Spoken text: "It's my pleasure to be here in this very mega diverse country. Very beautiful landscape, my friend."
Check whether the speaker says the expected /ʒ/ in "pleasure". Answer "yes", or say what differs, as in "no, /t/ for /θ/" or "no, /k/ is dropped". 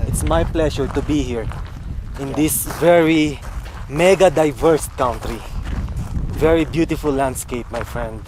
no, /ʃ/ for /ʒ/